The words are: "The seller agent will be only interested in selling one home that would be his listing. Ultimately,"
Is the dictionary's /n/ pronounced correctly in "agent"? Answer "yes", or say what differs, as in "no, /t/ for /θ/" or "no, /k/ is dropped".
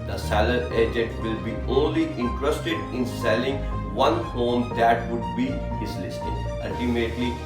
no, /n/ is dropped